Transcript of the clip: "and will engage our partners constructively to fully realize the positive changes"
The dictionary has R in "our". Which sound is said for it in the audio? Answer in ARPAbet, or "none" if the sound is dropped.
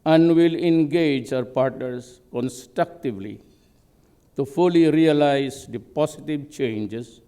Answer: R